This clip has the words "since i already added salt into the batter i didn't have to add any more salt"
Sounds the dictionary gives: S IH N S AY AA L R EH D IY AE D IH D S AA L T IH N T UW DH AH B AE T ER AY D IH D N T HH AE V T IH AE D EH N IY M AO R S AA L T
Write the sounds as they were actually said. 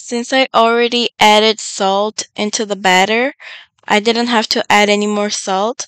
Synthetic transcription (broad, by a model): S IH N S AY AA L R EH D IY AE D IH D S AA L T IH N T UW DH AH B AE T ER AY D IH D N T HH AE F T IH AE D EH N IY M AO R S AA L T